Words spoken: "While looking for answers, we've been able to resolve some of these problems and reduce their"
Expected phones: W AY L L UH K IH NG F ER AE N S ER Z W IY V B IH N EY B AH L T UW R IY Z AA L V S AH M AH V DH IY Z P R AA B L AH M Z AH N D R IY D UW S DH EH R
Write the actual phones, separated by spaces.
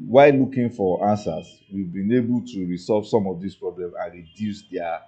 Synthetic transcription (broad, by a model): W AY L L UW K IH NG F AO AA N S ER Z W IY V B IH N EY B AH L T UW R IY S AA L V S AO M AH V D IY S P R AA B L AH M AH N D R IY D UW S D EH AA